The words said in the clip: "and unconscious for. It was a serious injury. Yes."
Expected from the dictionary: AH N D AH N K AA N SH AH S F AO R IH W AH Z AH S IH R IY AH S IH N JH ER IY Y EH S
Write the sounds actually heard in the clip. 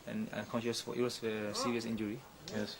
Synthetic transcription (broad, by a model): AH N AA K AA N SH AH S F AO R IH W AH S AH S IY R IY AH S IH N JH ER IY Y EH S